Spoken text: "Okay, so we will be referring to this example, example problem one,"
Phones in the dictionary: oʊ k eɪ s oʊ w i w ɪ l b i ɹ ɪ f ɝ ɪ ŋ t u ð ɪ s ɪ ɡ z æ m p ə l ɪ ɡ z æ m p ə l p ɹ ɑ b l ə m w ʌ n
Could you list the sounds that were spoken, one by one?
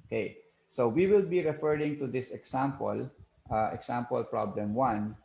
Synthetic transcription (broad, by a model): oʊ k eɪ s oʊ w i w ɪ l b i ɹ ɪ f ɝ ɪ ŋ t u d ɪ s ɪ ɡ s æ m p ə l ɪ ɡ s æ m p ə l p ɹ ɑ b l ə m w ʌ n